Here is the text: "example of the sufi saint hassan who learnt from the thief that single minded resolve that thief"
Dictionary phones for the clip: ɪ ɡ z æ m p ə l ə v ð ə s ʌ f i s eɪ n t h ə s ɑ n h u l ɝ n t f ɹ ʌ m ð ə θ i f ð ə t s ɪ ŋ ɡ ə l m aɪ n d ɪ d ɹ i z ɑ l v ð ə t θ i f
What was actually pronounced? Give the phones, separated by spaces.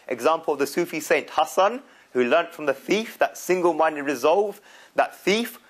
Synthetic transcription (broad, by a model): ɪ ɡ z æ m p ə l ə v ð ə s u f i s eɪ n t h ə s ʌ n h u l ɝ n t f ɹ ʌ m ð ə θ i f ð ə t s ɪ ŋ ɡ ə l m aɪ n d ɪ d ɹ i z ɑ l v ð ə t θ i f